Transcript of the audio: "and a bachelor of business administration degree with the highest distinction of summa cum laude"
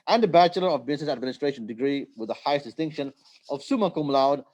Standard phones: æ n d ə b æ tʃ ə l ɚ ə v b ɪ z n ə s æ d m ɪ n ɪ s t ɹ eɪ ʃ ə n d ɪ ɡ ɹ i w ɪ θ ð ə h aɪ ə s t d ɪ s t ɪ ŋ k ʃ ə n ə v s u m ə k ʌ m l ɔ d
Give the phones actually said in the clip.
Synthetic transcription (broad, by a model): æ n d ə b æ tʃ ə l ɚ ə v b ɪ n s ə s æ d m ɪ n ɪ s t ɹ eɪ ʃ ə n d ɪ ɡ ɹ i w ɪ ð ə h aɪ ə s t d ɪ s t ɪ ŋ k ʃ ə n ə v s u m ə k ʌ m l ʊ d